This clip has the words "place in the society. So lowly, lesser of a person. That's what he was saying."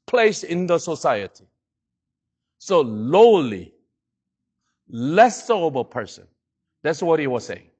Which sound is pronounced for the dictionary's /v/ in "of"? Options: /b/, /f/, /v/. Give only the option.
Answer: /b/